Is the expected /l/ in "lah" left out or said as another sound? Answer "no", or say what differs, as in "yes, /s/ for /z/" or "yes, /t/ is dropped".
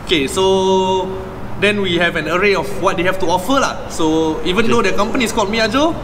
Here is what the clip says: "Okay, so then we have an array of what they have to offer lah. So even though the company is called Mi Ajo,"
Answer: no